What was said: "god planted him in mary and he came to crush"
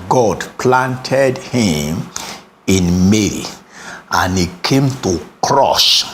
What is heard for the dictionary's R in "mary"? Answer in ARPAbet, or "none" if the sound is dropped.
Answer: L